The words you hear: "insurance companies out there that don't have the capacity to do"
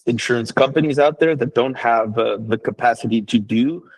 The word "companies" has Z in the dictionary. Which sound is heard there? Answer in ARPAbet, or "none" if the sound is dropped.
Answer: Z